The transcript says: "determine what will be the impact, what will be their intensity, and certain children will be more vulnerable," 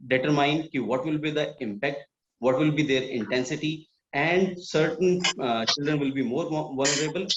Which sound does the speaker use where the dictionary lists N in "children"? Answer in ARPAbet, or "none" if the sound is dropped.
N